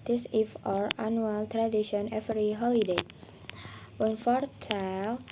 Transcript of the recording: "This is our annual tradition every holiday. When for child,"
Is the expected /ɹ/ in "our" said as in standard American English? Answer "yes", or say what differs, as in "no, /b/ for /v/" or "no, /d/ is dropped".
yes